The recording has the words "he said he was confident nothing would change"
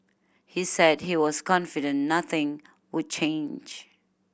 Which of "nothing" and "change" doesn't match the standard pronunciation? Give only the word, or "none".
none